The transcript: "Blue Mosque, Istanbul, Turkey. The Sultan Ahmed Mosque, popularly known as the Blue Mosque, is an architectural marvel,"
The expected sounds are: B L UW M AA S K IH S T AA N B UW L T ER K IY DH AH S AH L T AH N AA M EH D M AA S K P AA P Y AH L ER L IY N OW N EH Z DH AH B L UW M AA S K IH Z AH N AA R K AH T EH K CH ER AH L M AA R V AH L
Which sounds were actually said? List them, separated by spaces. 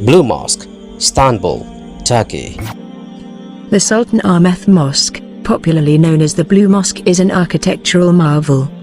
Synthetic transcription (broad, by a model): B L UW M AA S K S T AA N B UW L T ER K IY DH AH S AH L T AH N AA M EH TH M AA S K P AA P Y L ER L IY N OW N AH Z DH AH B L UW M AA S K IH Z AH N AA K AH T EH K CH ER AH L M AA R V AH L